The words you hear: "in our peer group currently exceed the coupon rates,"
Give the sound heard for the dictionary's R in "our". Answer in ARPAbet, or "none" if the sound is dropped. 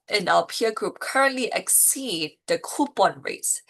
L